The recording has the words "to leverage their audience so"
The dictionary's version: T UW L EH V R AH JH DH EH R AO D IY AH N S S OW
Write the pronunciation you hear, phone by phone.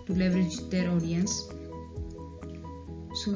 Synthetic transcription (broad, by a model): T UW L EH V R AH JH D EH R AO D IY AH N S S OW